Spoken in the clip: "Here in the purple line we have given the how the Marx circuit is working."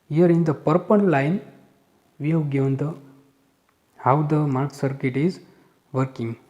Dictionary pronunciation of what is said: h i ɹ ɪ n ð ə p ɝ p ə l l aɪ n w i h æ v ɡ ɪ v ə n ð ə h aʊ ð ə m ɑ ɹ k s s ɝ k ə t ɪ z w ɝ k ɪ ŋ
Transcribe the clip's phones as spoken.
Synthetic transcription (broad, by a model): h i ɹ ɪ n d ə p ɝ p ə n l aɪ n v i h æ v ɡ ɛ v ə n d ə h aʊ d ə m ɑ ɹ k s s ɝ k ə t ɪ z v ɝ k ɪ ŋ